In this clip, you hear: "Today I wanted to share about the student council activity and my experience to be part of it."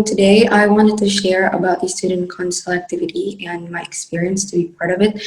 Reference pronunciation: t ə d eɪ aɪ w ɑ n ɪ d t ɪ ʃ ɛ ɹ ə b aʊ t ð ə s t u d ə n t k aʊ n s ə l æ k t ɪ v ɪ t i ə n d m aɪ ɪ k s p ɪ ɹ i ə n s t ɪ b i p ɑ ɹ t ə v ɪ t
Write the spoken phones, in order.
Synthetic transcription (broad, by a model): t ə d eɪ aɪ w ɑ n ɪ d t ɪ ʃ ɛ ɹ ə b aʊ t ð ə s t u d n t k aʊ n s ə l æ k t ɪ v ɪ t i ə n m aɪ ɪ k s p ɪ ɹ i ə n s t ɪ b i p ɑ ɹ t ə v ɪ t